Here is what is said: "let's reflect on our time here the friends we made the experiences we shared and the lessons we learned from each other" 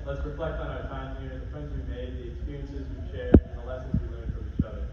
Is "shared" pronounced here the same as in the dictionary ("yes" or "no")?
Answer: no